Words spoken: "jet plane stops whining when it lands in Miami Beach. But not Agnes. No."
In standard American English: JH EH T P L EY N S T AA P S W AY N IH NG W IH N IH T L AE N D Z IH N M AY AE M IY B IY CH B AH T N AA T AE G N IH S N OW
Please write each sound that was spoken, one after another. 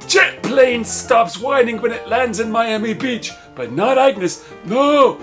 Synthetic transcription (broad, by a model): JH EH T P L EY N S T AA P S W AY N IH NG W IH N IH T L AE N D Z IH N M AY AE M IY B IY CH B AH T N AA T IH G N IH S N OW